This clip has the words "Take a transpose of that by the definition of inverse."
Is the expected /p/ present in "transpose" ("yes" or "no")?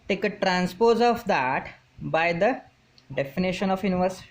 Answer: yes